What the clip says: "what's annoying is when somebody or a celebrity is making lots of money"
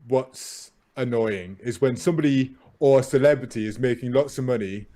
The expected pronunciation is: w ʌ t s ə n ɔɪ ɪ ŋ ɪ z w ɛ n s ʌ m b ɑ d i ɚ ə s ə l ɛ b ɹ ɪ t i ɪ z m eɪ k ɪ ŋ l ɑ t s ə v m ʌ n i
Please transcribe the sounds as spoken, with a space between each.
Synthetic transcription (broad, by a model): w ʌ t s ə n ɔɪ ɪ ŋ ɪ z w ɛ n s ʌ m b ɑ d i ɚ ə s ə l ɛ b ɹ ɪ t i ɪ z m eɪ k ɪ ŋ l ɑ t s ə v m ʌ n i